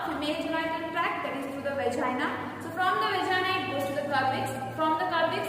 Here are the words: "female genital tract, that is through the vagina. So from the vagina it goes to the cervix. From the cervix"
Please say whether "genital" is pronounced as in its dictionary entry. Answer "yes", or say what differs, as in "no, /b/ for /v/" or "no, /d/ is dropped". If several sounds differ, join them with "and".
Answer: no, /n/ is dropped